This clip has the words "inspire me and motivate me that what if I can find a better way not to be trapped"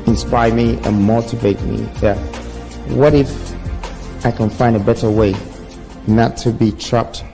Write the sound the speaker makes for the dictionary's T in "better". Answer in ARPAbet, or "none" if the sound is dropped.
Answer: T